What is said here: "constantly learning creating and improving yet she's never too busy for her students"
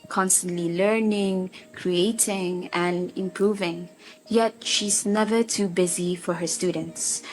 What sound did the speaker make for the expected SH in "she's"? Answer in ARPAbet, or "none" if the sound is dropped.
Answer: SH